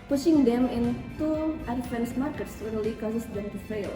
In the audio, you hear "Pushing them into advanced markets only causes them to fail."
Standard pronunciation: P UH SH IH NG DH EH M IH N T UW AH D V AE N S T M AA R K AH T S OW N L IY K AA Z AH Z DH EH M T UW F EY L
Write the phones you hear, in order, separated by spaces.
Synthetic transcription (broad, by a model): P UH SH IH NG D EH M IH N T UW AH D F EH N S M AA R K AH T S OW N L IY K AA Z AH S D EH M T UW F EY L